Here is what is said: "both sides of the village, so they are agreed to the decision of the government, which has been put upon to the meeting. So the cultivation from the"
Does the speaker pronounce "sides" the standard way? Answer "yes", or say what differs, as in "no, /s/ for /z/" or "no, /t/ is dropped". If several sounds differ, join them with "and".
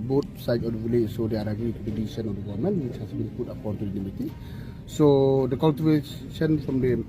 no, /z/ is dropped